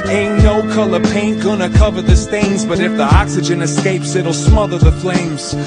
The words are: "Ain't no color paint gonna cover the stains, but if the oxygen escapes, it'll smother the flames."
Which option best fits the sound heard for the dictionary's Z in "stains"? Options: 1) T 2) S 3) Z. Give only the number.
3